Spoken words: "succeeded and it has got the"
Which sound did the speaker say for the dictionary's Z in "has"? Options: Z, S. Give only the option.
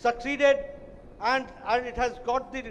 Z